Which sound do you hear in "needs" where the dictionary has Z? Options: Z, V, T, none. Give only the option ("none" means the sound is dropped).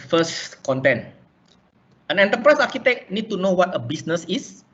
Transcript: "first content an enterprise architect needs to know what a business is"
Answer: none